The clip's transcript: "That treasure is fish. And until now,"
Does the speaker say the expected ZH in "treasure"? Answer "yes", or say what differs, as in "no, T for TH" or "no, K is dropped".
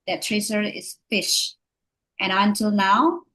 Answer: no, S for ZH